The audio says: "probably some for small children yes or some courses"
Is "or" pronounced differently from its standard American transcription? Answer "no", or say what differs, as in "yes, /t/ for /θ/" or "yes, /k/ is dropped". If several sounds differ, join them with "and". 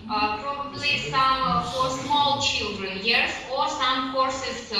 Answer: no